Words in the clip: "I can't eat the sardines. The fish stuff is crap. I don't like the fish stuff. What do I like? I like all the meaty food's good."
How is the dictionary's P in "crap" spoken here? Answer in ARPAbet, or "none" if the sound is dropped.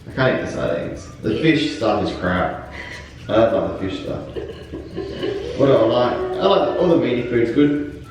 none